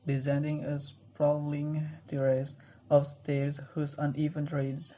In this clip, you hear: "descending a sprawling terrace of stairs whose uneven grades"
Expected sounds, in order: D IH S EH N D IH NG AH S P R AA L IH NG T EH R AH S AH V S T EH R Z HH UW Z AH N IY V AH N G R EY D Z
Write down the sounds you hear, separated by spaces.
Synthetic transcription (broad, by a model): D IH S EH N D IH NG AH S P R AA L IH NG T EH R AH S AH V S T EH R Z HH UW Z AH N IY V AH N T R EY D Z